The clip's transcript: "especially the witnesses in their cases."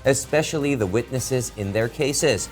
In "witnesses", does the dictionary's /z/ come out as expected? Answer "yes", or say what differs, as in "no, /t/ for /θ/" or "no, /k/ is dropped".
yes